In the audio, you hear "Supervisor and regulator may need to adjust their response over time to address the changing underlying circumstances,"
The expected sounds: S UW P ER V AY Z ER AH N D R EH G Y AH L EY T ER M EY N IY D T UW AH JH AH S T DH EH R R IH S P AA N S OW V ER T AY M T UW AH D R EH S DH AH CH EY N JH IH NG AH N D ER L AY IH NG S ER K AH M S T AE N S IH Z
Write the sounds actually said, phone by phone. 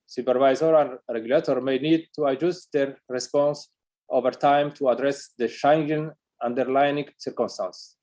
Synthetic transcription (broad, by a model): S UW P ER V AY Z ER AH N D R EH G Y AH L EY T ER M EY N IY D T UW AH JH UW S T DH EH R R IH S P AA N S OW V ER T AY M T UW AH D R EH S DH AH SH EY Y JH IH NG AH N D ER L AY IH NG S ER K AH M S T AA N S